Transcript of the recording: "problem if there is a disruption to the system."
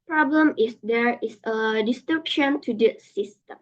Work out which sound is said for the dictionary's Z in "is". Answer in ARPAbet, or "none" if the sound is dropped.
S